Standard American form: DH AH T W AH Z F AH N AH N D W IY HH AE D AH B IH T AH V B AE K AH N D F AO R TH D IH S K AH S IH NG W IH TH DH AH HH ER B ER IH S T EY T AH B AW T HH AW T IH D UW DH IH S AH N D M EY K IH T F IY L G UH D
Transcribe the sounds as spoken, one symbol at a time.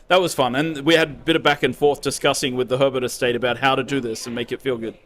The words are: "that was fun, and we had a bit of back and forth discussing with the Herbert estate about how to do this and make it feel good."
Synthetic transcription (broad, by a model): DH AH T W AH Z F AH N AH N W IY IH D B IH T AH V B AE K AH N F AO R TH D IH S K AH S IH NG W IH DH AH HH ER B ER IH S T EY T AH B AW T HH AW T IH D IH DH IH S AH N M EY K IH T F IY L G UH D